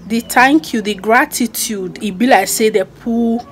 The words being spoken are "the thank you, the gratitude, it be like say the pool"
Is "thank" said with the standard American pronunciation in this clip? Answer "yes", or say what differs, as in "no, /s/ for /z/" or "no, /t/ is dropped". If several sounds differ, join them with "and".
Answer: no, /t/ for /θ/